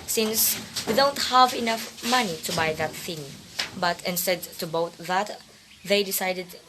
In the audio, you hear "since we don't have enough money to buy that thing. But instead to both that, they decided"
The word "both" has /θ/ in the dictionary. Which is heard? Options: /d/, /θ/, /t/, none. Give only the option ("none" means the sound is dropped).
/t/